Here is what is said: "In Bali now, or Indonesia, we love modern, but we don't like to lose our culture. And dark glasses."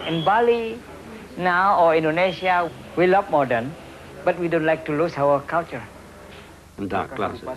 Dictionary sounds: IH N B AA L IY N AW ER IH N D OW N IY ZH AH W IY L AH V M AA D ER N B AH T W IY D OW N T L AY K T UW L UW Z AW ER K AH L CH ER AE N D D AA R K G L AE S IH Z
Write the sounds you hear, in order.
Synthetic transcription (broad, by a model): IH N B AA L IY N AW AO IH N D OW N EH S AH W IY L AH P M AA D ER N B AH T W IY D OW N T L AY K T UW L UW S AW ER K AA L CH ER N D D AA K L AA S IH